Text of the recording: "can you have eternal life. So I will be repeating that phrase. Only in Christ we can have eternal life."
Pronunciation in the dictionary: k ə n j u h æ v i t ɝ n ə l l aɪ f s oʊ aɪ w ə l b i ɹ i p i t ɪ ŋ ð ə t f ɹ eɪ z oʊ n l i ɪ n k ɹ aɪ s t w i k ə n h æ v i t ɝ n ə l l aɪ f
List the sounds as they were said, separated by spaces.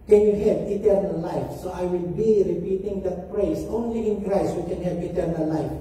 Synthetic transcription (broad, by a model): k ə n j u h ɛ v i t ɝ n ə l l aɪ f s oʊ aɪ w ə l b i ɹ i p i t ɪ ŋ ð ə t p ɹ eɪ s oʊ n l i ɪ n k ɹ aɪ s t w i k ə n h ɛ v i t ɝ n ə l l aɪ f